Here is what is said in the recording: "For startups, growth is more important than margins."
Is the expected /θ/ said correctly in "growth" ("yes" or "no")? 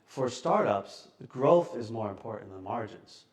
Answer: yes